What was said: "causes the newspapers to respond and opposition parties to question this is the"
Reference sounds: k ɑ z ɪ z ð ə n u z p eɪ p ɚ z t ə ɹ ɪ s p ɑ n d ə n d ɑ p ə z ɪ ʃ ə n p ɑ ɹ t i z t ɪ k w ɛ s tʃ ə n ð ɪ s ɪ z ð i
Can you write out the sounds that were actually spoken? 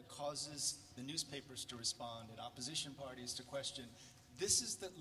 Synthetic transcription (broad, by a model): k ɑ z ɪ z ð ə n u z p eɪ p ɚ z t ə ɹ ɪ s p ɑ n d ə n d ɑ p ə z ɪ ʃ ə n p ɑ ɹ t i z t ɪ k w ɛ s tʃ ə n ð ɪ s ɪ z ð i